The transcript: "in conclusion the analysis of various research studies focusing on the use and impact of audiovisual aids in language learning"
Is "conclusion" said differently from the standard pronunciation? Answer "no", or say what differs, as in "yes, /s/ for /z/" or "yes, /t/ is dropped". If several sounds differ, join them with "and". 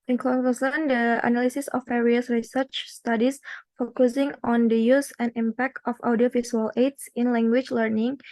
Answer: yes, /l/ is dropped and /s/ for /ʒ/